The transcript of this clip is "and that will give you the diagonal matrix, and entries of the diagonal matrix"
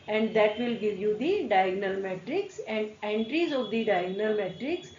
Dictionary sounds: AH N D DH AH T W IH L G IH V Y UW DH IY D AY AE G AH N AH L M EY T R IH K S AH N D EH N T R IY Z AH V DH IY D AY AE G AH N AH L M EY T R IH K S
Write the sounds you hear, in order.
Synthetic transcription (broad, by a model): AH N D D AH T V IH L G IH V Y UW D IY D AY G N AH L M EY T R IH K S AH N D EH N T R IY Z AH V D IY D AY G N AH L M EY T R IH K S